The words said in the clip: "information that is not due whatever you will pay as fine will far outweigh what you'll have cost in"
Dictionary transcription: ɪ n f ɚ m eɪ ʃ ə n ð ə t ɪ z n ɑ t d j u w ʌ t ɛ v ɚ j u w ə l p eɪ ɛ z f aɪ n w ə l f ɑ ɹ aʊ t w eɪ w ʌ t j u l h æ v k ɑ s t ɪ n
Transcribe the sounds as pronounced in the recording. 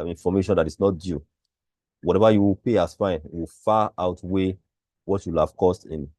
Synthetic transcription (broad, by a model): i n f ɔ m eɪ ʃ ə n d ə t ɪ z n ɑ t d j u w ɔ t ɛ v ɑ j u w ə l p eɪ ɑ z f aɪ n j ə w f ɑ aʊ t w eɪ w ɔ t j u l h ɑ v k ɑ s t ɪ n